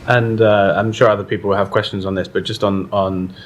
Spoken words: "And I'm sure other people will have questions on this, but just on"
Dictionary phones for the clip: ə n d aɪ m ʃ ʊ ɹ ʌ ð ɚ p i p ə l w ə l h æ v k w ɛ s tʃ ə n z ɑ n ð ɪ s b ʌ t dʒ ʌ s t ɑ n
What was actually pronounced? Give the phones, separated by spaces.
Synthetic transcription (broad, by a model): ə n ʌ aɪ m ʃ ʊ ɹ ʌ ð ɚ p i p ə l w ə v k w ɛ s tʃ ə n z n ð ɪ s b ʌ t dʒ ʌ s t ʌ n